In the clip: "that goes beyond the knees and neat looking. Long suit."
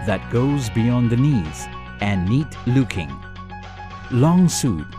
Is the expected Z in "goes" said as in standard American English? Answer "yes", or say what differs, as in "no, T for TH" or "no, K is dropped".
yes